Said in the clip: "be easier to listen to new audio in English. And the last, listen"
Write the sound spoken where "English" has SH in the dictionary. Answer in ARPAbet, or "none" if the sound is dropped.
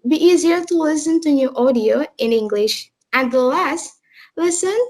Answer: SH